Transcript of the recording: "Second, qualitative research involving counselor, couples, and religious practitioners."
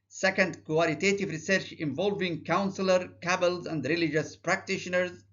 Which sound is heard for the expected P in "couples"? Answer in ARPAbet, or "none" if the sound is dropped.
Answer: B